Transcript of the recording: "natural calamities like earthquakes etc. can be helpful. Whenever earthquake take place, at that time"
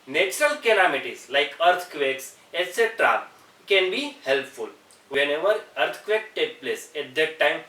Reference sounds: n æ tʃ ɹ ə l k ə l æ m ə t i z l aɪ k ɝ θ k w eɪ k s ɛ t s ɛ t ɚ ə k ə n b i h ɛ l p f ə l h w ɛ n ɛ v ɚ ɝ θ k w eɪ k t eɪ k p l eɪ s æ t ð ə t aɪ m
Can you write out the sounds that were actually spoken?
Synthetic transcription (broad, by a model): n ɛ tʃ ɹ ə l k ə l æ m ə t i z l aɪ k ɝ t k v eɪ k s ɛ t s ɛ t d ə k ə n b i h ɛ l p f ə l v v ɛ n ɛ v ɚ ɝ t k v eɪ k t eɪ k p l eɪ s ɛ t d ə t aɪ m